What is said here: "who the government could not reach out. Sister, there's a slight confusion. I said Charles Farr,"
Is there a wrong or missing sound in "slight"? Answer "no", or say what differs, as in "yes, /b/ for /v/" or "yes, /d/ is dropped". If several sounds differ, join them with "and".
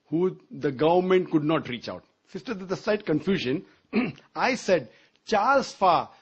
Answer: no